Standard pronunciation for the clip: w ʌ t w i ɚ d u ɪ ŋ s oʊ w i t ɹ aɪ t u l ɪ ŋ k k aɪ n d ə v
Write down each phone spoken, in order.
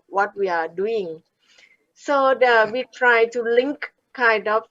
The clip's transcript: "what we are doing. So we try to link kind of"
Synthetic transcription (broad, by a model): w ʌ t w i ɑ d u ɪ ŋ s oʊ w i t ɹ aɪ t u l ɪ ŋ k k aɪ n d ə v